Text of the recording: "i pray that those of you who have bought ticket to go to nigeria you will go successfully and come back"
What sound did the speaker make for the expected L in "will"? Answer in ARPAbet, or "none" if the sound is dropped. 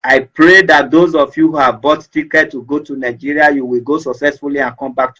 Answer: L